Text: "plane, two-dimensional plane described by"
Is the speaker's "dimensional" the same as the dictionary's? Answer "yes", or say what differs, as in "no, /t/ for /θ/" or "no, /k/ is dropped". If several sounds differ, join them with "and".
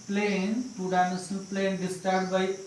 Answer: no, /s/ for /ʃ/